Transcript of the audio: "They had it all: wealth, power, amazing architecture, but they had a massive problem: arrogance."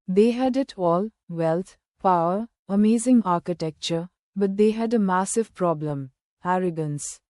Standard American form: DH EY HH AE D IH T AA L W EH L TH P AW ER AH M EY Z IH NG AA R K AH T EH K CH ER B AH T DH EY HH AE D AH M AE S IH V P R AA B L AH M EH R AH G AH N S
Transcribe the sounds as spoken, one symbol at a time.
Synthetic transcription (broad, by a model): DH EY HH AE D IH T AA L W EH L T P AW ER AH M EY Z IH NG AA R K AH T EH K CH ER B AH T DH EY HH AE D AH M AE S IH V P R AA B L AH M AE R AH G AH N S